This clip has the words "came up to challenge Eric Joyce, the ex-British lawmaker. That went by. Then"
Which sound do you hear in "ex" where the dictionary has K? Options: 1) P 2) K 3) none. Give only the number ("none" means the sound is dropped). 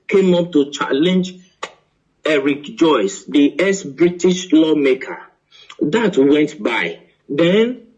3